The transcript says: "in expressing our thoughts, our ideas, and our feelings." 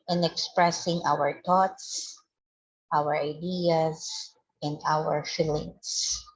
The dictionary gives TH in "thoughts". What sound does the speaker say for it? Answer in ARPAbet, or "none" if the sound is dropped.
T